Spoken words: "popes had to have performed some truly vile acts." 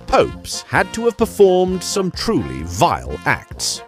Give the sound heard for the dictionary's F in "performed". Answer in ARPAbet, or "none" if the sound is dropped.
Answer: F